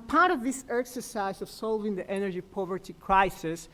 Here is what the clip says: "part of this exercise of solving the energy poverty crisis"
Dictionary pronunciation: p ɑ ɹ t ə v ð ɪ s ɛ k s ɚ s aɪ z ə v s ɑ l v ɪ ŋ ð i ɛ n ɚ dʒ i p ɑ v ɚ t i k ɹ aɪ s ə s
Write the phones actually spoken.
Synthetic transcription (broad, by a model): p ɑ ɹ t ə v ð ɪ s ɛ k s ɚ s aɪ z ə v s ɑ l v ɪ ŋ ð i ɛ n ɚ dʒ i p ɑ v ɚ t i k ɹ aɪ s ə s